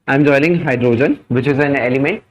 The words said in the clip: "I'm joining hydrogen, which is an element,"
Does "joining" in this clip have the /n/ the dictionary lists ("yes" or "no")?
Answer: no